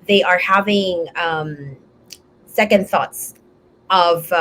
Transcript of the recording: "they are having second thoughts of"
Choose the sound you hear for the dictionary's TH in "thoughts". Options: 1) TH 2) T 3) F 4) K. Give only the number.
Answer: 1